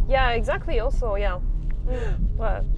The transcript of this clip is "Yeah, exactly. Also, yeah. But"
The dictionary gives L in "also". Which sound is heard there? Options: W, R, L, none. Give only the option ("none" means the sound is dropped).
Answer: L